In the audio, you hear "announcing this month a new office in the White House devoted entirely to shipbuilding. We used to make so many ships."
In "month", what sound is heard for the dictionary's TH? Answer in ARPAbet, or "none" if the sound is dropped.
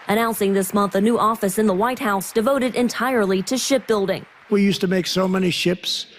TH